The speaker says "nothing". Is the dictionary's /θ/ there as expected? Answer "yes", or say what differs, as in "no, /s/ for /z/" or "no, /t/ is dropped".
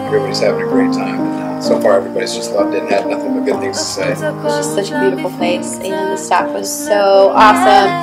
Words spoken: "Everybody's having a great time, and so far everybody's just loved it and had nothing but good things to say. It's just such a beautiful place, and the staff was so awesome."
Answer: yes